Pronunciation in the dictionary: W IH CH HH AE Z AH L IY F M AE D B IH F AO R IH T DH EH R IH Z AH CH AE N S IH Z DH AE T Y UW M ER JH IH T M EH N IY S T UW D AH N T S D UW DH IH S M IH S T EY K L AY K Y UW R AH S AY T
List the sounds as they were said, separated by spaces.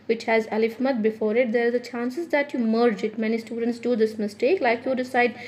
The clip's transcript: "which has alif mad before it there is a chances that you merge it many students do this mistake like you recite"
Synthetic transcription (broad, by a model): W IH CH HH AE Z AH L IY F M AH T B IH F AO R IH T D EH R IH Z AH CH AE N S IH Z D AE T Y UW M ER JH IH T M EH N IY S T UW D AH N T S D UW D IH S M IH S T EY K L AY K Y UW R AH S AY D